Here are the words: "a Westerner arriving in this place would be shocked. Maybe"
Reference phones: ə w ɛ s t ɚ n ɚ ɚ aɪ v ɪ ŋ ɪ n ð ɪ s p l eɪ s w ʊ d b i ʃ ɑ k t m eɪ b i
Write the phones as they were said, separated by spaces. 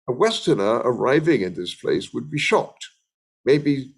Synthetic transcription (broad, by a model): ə w ɛ s t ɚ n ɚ ɚ aɪ v ɪ ŋ ɪ n ð ɪ s p l eɪ s w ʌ d b i ʃ ɑ k t m eɪ b i